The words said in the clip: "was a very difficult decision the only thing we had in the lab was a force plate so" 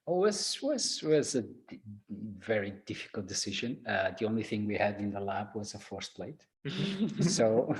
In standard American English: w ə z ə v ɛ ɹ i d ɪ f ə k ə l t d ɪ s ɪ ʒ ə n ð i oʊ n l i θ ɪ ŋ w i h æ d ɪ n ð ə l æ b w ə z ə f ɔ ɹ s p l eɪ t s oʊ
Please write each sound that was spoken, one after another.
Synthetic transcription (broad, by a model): w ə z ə v ɛ ɹ i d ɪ f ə k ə l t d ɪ s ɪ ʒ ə n ð i oʊ n l i θ ɪ ŋ w i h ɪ d ɪ n ð ə l æ b w ə z ə f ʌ ɹ s p l eɪ t s oʊ